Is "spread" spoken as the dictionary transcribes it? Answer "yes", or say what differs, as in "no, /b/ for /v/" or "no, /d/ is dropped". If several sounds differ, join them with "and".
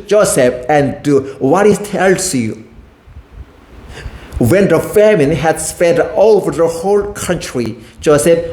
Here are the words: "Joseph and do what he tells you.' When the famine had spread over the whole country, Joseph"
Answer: no, /ɹ/ is dropped